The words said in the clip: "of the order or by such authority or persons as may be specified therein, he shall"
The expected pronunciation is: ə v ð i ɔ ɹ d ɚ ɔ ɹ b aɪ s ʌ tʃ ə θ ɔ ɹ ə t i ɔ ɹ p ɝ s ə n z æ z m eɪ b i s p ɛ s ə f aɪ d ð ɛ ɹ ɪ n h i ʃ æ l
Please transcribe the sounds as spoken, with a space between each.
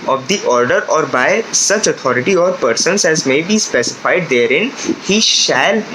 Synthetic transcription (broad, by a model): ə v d i ɔ ɹ d ɚ ɔ ɹ b aɪ s ʌ tʃ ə t ɔ ɹ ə t i ɔ ɹ p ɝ s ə n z æ z m eɪ b i s p ɛ s ə f aɪ d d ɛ ɹ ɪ n h i ʃ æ l